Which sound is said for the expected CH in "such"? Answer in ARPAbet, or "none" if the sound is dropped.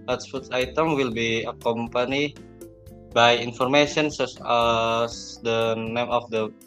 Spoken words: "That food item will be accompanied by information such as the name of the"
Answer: S